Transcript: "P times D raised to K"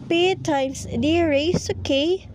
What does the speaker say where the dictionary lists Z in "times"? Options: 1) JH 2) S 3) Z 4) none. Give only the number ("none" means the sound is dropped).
2